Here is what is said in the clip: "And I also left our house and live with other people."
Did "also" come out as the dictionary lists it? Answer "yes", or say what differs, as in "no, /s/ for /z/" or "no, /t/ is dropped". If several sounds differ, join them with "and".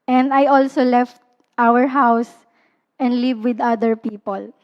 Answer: yes